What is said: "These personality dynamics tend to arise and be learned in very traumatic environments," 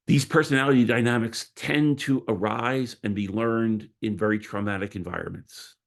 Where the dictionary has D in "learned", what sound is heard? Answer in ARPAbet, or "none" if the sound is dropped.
D